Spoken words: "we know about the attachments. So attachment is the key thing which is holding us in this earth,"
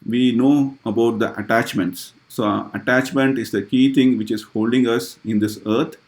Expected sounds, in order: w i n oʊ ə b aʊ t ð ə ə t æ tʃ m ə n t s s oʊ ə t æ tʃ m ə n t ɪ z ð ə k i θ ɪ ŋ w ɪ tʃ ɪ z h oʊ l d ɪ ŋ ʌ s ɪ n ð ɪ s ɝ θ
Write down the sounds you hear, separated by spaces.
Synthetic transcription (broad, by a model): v i n oʊ ə b aʊ t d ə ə t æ tʃ m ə n t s s oʊ ə t æ tʃ m ə n t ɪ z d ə k i t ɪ ŋ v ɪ tʃ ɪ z h oʊ l d ɪ ŋ ʌ s ɪ n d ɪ s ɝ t